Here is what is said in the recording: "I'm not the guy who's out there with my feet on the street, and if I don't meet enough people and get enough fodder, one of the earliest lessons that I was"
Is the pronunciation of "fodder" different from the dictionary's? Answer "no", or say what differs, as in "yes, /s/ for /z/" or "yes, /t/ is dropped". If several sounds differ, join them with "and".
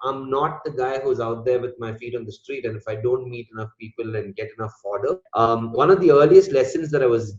no